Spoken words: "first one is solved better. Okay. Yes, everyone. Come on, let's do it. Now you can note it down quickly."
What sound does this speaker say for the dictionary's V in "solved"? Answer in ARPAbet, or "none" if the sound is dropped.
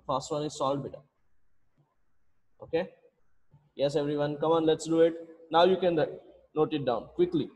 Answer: none